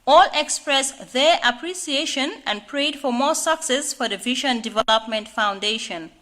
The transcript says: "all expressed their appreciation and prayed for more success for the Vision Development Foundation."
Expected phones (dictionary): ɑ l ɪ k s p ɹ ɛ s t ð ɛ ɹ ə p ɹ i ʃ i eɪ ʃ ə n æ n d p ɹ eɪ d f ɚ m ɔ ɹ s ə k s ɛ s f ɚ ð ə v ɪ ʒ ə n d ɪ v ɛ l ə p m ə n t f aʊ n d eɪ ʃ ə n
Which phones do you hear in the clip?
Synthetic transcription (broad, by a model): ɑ l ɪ k s p ɹ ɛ s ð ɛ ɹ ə p ɹ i s i eɪ ʃ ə n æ n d p ɹ eɪ d f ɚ m ɔ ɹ s ə k s ɛ s f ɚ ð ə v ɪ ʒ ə n d ɪ v ɛ l ə p m ə n t f aʊ n d eɪ ʃ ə n